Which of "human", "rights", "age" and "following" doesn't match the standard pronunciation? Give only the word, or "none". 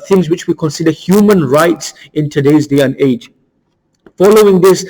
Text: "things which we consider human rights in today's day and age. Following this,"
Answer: none